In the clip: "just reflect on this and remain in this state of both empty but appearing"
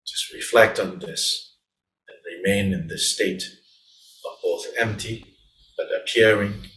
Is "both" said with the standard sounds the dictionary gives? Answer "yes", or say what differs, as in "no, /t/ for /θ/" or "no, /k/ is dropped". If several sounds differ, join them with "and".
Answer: yes